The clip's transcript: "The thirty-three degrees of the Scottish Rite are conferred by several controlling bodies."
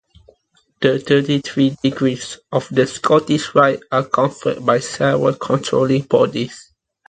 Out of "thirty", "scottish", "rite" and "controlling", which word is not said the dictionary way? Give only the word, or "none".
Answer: thirty